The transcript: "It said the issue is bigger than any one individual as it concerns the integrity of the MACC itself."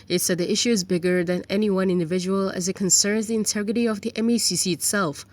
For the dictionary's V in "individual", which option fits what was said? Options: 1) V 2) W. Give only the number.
1